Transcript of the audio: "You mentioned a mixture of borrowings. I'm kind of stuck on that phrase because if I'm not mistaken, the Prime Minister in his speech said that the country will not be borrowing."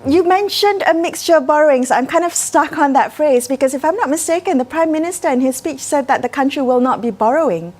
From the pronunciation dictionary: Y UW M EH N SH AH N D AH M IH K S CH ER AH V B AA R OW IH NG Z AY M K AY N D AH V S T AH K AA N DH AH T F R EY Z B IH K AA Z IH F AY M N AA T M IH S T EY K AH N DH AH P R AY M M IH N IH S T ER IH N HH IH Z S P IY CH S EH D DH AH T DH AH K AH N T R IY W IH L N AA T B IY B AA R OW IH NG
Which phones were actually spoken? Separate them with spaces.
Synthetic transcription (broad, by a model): Y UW M EH N SH AH N D AH M IH K S CH ER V B AA R OW IH NG S AY M K AY N D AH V S T AH K AA N DH AH T F R EY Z B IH K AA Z IH F AY M N AA T M IH S T EY K AH N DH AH P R AY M M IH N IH S T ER IH N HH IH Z S P IY CH S EH D DH AH T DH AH K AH N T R IY W IH L N AA T B IY B AA R OW IH NG